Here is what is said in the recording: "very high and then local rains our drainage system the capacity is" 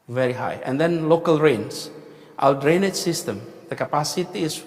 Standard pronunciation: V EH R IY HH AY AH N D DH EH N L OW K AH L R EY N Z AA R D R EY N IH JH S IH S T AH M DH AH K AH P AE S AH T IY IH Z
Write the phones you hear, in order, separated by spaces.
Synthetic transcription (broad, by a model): V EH R IY HH AY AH N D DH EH N L OW K AH L R EY N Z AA L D R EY N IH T S IH S T AH M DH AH K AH P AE S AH T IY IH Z